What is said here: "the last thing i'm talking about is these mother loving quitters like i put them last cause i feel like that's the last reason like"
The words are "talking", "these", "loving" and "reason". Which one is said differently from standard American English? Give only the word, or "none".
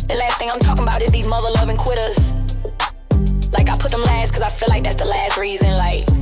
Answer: none